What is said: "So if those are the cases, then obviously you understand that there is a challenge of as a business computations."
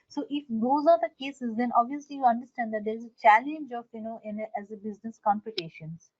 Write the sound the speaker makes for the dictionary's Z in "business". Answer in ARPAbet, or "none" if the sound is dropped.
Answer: Z